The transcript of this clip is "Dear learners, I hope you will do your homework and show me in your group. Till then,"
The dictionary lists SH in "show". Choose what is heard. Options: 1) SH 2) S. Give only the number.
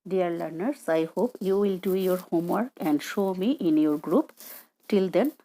1